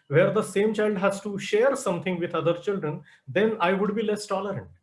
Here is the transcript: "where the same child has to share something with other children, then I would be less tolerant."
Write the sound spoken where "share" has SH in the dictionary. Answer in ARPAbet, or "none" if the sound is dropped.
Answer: SH